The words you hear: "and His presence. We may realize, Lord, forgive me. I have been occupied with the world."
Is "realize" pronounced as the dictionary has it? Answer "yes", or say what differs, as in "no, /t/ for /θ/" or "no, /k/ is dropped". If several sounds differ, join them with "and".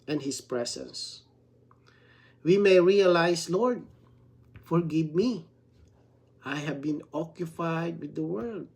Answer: no, /s/ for /z/